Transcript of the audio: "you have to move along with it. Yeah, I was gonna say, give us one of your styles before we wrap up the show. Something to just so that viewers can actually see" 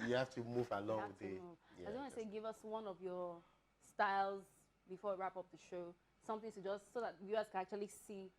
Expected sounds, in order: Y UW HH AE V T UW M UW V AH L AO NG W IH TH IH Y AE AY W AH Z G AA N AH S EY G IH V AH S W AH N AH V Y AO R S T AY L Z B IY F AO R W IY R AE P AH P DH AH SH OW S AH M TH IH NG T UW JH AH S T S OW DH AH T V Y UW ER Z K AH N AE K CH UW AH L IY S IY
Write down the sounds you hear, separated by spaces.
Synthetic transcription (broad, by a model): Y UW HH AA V T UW M UW V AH L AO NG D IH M IH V AY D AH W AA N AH S EY G IH V AH S W AH N AH V Y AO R S T AY L Z B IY F AO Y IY R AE P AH P DH AH SH OW S AH M TH IH NG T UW JH AH S T S OW DH AH T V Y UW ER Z K AH N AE K CH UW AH L IY S IY